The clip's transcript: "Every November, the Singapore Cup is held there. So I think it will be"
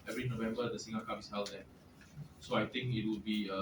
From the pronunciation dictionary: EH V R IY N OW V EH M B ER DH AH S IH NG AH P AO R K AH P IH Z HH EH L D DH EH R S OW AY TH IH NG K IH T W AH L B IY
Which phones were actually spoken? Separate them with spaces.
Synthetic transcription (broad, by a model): EH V R IY N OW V EH M B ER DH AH S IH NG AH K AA IH S HH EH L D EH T S OW AY T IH NG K IH T W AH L B IY